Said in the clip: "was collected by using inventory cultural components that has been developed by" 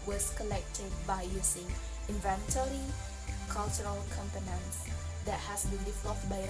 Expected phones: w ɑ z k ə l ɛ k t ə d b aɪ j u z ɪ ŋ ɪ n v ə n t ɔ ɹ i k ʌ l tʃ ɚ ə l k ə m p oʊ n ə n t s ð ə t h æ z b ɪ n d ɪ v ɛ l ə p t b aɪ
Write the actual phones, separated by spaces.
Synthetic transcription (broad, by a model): w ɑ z k ə l ɛ k t ə d b aɪ j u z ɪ ŋ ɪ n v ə n t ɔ ɹ i k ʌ l tʃ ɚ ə l k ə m p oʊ n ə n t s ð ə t h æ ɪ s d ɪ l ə f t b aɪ